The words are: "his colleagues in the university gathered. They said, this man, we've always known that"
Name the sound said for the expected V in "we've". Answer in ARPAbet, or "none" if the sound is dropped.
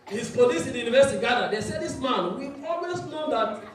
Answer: none